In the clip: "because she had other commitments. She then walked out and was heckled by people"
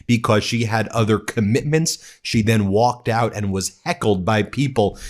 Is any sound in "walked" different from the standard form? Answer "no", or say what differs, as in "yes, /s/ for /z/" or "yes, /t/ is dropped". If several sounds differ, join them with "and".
no